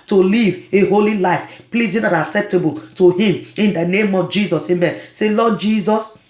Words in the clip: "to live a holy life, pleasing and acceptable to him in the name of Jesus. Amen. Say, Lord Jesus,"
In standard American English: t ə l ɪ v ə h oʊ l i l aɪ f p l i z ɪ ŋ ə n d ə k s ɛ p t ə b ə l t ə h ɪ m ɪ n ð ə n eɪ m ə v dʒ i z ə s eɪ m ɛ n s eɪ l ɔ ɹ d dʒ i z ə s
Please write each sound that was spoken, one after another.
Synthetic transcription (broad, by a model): t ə l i v ə h oʊ l i l aɪ f p l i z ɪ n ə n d ə k s ɛ p t ə b ə l t ə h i m ɪ n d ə n eɪ m ə v dʒ i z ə s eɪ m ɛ s eɪ l ɔ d dʒ i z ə s